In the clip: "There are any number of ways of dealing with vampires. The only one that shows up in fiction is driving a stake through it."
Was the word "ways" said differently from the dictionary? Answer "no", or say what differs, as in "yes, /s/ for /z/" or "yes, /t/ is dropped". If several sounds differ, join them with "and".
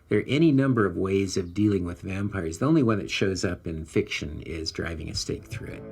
no